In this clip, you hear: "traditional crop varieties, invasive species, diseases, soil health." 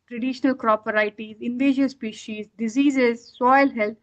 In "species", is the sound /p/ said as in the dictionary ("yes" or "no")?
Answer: yes